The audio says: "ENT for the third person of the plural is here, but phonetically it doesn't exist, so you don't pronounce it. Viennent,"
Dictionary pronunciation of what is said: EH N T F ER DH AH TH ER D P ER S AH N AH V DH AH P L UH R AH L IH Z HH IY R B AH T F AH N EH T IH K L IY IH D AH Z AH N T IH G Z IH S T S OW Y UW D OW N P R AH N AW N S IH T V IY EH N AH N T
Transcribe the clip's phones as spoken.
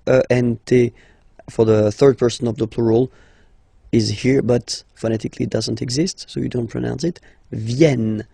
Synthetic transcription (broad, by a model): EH N T F ER DH AH TH ER D P ER S AH N AH V DH AH P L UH R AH L IH Z HH IY R B AH T F AH N EH T IH K L IY D AH Z AH N T IH G Z IH S T S OW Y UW D OW N P R AH N AW N S IH T V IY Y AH N